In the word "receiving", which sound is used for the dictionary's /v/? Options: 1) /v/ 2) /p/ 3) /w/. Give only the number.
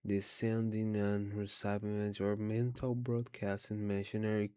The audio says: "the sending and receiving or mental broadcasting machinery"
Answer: 2